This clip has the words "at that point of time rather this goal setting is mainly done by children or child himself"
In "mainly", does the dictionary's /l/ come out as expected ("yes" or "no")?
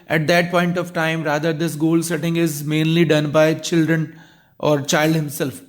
yes